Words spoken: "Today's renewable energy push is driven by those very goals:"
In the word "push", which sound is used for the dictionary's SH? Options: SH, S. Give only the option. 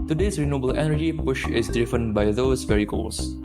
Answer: SH